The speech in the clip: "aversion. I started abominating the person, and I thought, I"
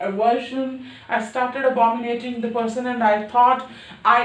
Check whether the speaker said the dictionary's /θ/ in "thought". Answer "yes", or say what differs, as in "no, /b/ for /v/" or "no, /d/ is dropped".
no, /t/ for /θ/